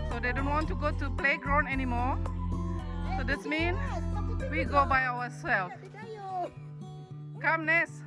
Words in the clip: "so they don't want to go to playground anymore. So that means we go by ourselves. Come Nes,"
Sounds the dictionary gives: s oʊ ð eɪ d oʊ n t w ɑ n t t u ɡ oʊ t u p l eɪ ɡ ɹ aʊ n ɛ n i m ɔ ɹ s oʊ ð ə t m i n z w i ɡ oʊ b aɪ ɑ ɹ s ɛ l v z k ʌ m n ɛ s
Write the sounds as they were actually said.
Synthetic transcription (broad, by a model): s oʊ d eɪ d oʊ n t w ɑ n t t u ɡ oʊ t u p l eɪ ɡ ɹ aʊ n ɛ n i m ɔ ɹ s oʊ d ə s m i n w i ɡ oʊ b aɪ ɑ w s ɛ l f k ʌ m n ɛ s